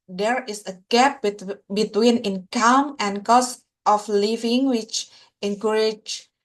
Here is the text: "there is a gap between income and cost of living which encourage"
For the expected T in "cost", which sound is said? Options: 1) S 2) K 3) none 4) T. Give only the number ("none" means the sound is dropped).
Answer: 4